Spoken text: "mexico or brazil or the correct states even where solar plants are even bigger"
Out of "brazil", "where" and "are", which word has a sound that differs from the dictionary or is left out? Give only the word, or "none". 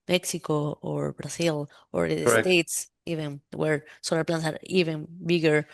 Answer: brazil